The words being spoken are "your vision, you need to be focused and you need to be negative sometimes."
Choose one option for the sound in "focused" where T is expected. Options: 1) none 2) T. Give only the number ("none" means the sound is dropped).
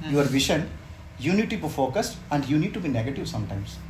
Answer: 2